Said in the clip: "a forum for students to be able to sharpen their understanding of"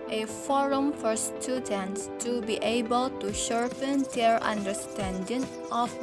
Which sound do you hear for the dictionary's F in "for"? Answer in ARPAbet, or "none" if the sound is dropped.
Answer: F